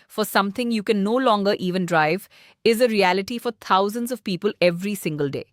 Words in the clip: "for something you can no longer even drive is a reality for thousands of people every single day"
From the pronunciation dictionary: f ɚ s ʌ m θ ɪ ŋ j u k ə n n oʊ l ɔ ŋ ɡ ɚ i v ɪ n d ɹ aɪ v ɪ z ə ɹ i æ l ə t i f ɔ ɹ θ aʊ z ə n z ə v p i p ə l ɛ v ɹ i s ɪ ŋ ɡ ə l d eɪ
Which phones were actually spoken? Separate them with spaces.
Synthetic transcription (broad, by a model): f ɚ s ʌ m t ɪ ŋ j u k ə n n oʊ l ɔ ŋ ɡ ɚ i v ɪ n d ɹ aɪ v ɪ z ə ɹ i æ l ə t i f ɔ ɹ t aʊ z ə n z ə v p i p ə l ɛ v ɹ i s ɪ ŋ ɡ ə l d eɪ